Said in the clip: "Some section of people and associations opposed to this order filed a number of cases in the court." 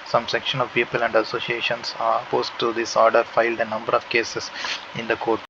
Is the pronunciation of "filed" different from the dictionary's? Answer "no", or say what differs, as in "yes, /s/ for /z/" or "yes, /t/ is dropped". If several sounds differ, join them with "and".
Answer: no